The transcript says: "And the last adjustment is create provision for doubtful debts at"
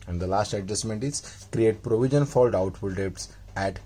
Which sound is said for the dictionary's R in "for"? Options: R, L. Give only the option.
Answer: L